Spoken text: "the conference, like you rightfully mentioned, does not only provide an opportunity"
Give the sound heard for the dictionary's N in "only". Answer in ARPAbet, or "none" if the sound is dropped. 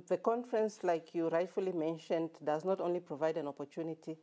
N